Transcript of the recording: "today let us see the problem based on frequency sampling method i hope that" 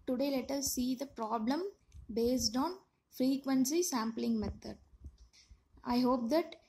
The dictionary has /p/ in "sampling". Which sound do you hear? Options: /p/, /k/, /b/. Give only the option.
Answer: /p/